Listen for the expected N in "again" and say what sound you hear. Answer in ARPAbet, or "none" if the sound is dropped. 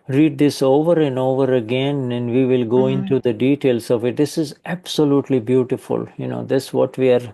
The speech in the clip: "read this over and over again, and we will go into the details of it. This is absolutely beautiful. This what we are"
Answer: N